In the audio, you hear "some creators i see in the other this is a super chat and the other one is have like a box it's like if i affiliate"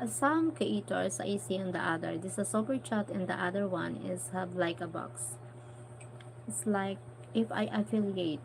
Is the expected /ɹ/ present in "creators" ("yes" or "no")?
no